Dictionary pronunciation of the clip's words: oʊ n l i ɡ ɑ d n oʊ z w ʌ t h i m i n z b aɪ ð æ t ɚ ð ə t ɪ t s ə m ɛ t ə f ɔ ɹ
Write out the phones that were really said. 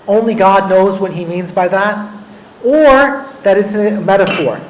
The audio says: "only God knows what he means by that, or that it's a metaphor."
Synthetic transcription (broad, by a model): oʊ n l i ɡ ɑ d n oʊ z w ʌ t h i m i n z b aɪ ð æ t ɚ ð ə t ɪ t s ə m ɛ t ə f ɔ ɹ